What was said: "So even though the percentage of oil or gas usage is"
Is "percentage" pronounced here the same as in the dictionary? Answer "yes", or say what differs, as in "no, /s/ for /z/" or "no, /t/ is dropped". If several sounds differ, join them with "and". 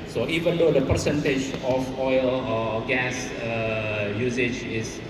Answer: yes